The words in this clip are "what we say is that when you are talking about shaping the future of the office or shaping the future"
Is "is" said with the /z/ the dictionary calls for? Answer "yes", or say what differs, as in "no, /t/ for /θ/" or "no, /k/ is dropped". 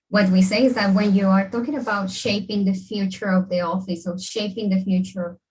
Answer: yes